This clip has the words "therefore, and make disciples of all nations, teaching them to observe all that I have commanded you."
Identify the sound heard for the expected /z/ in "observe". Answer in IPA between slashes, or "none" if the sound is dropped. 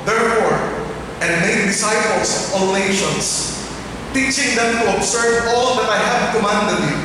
/s/